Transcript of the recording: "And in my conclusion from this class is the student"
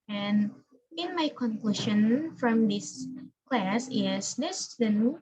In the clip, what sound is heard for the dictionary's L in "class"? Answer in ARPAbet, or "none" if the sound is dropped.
L